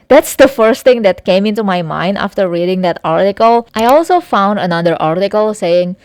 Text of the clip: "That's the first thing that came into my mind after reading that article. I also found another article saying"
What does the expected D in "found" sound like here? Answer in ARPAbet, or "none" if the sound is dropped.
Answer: D